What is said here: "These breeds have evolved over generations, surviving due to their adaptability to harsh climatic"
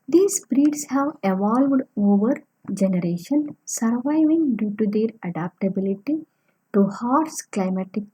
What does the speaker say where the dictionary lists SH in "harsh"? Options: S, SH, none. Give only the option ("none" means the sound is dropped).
S